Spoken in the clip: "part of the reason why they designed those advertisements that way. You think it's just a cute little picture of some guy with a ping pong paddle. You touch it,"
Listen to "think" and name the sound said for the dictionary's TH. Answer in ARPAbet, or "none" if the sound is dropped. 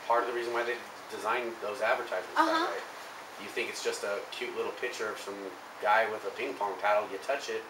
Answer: TH